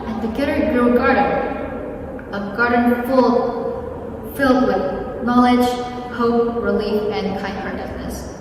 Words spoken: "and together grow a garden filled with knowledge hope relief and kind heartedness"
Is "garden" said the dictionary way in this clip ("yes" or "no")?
no